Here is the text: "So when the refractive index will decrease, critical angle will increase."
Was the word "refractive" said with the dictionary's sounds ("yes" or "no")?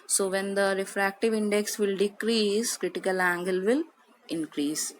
yes